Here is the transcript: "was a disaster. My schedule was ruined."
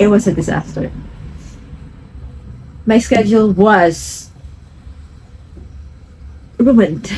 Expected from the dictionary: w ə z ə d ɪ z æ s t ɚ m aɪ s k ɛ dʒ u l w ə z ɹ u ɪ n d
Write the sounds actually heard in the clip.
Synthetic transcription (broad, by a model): w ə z ə d ɪ z æ s t ɚ m aɪ s k ɛ dʒ l w ə z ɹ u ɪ n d